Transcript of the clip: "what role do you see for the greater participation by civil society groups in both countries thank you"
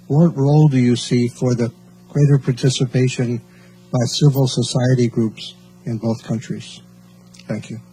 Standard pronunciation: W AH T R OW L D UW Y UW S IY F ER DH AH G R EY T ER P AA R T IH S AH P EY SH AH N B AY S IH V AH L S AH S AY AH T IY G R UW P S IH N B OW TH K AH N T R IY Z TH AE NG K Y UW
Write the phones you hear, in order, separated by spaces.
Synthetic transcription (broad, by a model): W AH T R OW L D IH Y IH S IY F ER DH AH G R EY T ER P AA R T IH S AH P EY SH AH N B AY S IH V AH L S AH S AY AH T IY G R UW P S IH N B OW TH K AH N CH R IY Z TH AE NG K Y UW